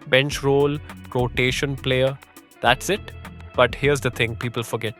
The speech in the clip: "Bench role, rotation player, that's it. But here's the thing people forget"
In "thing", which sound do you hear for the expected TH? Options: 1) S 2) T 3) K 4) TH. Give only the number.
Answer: 2